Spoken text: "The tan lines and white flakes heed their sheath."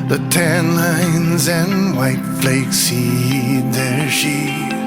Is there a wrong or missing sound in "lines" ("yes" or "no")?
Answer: no